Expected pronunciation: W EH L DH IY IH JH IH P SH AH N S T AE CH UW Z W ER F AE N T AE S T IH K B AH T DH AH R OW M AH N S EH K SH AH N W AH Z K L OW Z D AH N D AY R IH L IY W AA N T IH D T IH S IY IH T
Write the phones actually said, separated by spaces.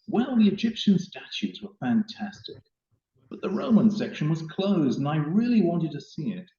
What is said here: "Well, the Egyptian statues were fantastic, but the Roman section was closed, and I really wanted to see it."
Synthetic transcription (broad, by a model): W EH L DH IY IH JH IH P SH AH N S T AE CH UW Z W ER F AE N T AE S T IH K B AH T DH AH R OW M AH N S EH K SH AH N W AH Z K L OW Z D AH N AY R IH L IY W AA N T IH D T IH S IY IH T